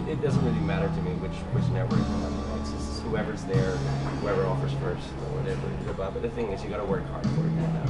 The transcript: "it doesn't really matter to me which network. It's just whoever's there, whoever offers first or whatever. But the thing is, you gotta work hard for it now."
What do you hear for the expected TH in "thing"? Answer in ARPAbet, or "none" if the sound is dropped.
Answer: TH